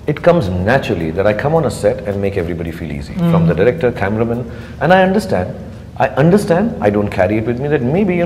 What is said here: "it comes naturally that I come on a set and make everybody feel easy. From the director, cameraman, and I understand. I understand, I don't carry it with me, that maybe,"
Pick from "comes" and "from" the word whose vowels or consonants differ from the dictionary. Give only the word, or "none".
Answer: none